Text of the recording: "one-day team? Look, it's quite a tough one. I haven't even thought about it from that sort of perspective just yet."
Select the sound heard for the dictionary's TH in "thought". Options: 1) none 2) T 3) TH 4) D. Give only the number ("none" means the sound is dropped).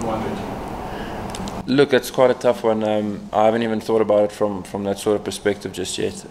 3